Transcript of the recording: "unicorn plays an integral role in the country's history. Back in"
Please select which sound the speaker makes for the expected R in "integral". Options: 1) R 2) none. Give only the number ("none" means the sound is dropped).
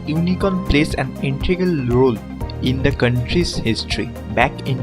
2